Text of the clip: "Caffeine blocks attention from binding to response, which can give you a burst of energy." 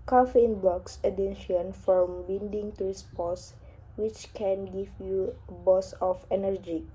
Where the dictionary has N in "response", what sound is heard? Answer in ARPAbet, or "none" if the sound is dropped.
none